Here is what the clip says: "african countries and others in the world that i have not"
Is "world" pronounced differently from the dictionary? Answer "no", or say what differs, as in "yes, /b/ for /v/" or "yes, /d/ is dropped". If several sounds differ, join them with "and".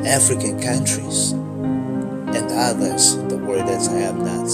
yes, /l/ is dropped